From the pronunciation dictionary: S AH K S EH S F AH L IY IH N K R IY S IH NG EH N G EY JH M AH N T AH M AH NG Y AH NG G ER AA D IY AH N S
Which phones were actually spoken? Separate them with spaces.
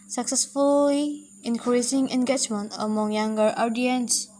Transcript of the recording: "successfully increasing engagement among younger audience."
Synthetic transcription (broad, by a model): S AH K S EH S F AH L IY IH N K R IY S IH NG EH N G EY JH M AH N T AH M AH NG Y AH NG G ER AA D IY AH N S